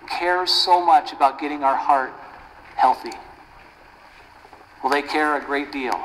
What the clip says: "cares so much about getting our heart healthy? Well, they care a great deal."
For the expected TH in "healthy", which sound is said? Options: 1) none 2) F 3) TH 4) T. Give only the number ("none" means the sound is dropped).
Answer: 3